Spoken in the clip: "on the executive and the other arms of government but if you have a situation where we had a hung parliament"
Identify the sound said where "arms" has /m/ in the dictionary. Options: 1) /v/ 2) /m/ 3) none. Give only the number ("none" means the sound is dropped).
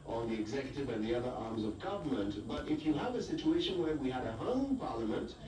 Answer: 2